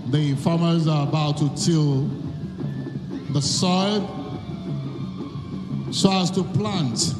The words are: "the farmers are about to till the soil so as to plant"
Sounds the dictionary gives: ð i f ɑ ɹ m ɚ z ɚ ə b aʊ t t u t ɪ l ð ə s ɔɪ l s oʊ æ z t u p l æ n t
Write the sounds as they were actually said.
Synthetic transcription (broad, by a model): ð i f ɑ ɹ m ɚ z ɚ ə b aʊ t t u t ɪ l ð ə s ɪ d s oʊ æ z t u p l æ n t